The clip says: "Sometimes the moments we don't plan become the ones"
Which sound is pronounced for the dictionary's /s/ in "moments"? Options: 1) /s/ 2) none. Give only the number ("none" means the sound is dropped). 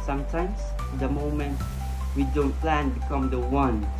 2